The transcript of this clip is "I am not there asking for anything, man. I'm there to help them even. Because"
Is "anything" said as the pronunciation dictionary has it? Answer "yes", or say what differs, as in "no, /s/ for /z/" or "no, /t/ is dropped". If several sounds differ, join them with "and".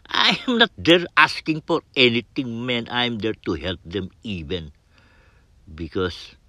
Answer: no, /t/ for /θ/